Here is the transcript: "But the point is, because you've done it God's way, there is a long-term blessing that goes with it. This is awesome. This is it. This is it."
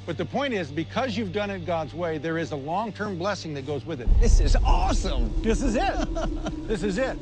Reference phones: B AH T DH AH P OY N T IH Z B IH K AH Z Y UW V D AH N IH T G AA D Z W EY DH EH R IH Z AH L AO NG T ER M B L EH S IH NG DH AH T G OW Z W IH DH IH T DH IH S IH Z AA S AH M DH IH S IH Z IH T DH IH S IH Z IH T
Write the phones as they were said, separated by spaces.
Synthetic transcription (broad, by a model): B AH T DH AH P OY N T IH Z B IH K AH Z Y UW V D AH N IH T G AA D Z W EY DH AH R IH Z AH L AO NG T ER M B L EH S IH NG DH AH T G OW Z W IH DH IH T DH IH S IH Z AA S AH M DH IH S IH Z IH T DH IH S IH Z IH T